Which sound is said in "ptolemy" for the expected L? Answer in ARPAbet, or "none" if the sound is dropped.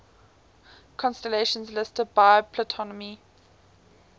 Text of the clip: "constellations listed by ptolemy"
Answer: N